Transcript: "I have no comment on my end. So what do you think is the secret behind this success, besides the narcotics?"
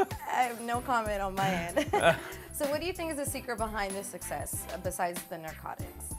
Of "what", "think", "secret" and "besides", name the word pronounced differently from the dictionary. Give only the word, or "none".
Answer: none